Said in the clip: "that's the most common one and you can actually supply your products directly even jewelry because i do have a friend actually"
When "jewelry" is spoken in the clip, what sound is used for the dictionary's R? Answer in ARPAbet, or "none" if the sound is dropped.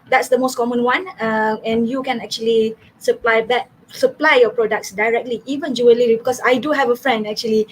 L